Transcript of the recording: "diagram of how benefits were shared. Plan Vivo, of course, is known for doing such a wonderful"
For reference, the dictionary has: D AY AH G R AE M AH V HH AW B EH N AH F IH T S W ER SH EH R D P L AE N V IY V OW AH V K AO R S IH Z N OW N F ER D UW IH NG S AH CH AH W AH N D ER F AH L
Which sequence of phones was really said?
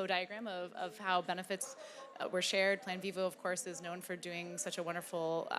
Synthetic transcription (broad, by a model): D AY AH G R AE M AH V HH AW B EH N AH F IH T S W ER SH EH R D P L AE N V IY V OW AH V K AO R S IH Z N OW N F ER D UW IH NG S AH CH AH W AH N D ER F L